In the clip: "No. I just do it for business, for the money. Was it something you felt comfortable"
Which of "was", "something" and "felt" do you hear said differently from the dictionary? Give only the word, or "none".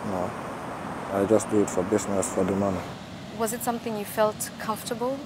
none